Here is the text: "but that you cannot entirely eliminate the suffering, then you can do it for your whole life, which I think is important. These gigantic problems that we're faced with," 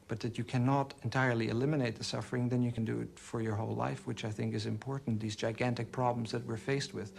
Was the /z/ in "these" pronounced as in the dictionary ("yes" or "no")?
yes